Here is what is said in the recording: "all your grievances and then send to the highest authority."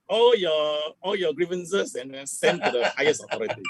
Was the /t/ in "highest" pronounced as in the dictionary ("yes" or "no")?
no